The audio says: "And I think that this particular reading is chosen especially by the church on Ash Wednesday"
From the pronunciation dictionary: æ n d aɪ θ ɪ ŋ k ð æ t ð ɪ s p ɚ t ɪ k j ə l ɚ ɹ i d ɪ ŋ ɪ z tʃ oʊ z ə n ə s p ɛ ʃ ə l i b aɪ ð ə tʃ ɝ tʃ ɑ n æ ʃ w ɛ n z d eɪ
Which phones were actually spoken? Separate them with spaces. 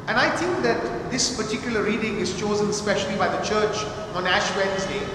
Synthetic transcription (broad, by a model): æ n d aɪ t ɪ ŋ k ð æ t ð ɪ s p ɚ t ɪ k j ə l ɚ ɹ i d ɪ ŋ ɪ z tʃ oʊ z ə n s p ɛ ʃ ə l i b aɪ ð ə tʃ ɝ tʃ ɑ n æ ʃ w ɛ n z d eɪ